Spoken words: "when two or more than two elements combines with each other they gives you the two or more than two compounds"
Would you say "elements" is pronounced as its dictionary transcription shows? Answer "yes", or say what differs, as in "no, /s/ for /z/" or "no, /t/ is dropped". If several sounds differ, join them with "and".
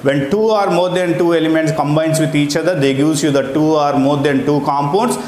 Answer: yes